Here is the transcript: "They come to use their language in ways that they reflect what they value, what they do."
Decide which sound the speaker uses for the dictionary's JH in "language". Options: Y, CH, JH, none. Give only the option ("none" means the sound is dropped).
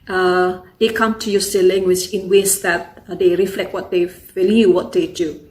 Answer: CH